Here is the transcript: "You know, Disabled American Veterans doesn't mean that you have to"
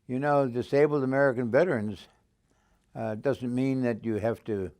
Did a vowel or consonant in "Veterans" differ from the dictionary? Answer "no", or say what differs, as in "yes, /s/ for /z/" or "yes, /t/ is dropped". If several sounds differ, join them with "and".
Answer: no